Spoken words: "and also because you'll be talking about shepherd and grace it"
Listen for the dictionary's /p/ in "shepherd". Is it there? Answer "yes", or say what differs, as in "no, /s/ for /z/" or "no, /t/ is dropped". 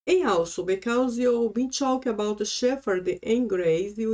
no, /f/ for /p/